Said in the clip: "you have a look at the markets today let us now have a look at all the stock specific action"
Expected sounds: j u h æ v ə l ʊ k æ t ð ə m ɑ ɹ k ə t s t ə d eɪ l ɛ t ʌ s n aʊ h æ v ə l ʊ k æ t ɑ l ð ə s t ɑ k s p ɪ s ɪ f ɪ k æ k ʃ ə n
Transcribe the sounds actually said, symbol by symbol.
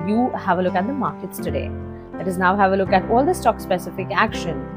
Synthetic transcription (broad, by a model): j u h æ v ə l ʊ k æ t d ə m ɑ ɹ k ə t s t ə d eɪ l ɛ t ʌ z n aʊ h æ v ə l ʊ k æ t ɑ l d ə s t ɑ k s p ɪ s ɪ f ɪ k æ k ʃ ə n